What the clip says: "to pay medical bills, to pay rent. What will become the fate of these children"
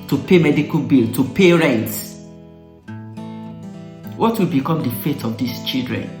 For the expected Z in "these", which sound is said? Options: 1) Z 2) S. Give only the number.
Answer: 2